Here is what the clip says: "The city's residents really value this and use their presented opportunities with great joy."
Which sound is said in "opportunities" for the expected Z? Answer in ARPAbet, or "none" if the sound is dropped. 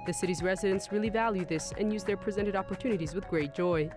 Z